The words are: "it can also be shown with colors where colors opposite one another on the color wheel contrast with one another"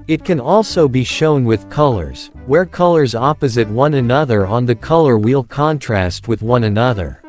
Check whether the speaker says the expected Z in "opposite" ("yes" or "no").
yes